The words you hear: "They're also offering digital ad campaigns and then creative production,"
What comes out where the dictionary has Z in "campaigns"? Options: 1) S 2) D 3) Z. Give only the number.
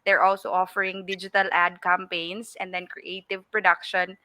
1